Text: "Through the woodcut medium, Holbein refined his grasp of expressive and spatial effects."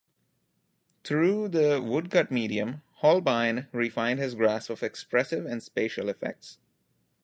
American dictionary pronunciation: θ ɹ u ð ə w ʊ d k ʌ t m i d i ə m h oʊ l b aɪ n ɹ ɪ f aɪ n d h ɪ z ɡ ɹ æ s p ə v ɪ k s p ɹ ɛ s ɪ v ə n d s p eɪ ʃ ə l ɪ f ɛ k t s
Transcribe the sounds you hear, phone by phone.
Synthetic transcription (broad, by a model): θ ɹ u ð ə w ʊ d k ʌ t m i d i ə m h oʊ l b aɪ n ɹ ɪ f aɪ n d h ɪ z ɡ ɹ æ s p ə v ɪ k s p ɹ ɛ s ɪ v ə n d s p eɪ ʃ ə l ɪ f ɛ k t s